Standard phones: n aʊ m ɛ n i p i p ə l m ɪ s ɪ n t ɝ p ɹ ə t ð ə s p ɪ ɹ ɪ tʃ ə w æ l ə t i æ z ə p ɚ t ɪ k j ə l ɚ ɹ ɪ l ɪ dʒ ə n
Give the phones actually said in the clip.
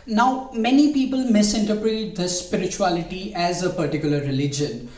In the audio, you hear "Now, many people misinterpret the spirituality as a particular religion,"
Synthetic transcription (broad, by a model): n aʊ m ɛ n i p i p ə l m ɪ s ɪ n t ɝ p ɹ ə t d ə s p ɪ ɹ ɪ tʃ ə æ l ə t i æ z ə p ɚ t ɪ k j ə l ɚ ɹ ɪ l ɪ dʒ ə n